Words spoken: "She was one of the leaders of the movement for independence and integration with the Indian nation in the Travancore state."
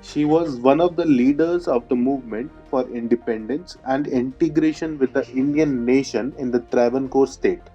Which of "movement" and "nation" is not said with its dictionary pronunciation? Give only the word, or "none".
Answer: none